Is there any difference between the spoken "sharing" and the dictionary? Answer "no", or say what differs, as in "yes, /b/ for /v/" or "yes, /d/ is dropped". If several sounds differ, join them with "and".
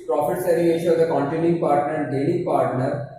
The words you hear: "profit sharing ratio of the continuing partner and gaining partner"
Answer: yes, /s/ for /ʃ/